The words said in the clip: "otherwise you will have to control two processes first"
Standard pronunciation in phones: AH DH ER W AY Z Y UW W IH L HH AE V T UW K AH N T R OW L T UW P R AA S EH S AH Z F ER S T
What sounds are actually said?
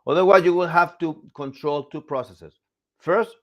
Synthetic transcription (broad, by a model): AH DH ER W AY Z Y UW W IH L HH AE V T UW K AH N T R OW L T UW P R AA S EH S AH S F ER S T